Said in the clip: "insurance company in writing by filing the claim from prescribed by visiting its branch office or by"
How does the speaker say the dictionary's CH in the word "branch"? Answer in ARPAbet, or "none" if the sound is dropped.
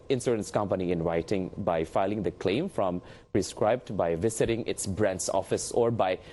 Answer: S